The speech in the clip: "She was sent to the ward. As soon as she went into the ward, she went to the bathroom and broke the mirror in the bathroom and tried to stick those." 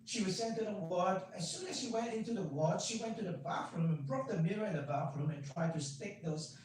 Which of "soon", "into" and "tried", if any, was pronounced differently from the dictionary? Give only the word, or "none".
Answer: none